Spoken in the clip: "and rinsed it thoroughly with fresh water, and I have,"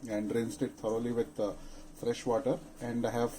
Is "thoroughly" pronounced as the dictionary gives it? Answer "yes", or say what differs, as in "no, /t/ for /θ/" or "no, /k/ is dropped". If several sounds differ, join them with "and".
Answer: no, /t/ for /θ/